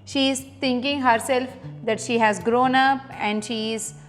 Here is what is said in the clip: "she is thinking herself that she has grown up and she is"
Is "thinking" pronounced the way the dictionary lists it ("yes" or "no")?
no